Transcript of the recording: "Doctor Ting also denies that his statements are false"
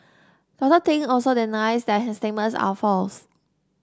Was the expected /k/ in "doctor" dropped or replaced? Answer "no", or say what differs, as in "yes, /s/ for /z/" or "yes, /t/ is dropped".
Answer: yes, /k/ is dropped